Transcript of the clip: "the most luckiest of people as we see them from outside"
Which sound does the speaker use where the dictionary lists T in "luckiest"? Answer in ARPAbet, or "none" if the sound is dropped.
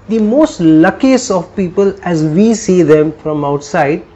none